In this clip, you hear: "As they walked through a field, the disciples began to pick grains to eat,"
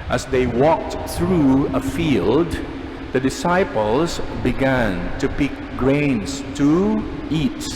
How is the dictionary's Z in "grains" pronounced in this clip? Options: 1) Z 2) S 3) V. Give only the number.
2